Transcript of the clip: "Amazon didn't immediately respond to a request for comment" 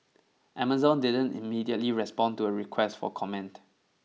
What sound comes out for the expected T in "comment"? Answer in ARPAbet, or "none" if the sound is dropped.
T